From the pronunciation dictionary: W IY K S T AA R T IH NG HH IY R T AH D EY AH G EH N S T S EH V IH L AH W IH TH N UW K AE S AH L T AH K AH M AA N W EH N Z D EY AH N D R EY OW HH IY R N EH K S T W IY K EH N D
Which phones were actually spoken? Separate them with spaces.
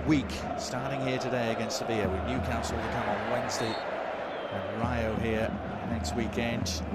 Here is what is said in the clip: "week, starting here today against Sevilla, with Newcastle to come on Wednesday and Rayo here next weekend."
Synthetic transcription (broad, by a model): W IY K S T AA R T IH NG HH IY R T AH D EY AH G EH N S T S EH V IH AH W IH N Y UW K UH S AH L T AH K AH M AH N W EH N Z D EY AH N R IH OW HH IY R N EH K S T W IY K EH N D